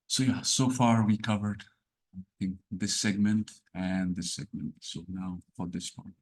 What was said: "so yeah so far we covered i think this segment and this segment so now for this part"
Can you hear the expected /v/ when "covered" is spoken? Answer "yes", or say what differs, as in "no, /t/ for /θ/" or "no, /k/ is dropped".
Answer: yes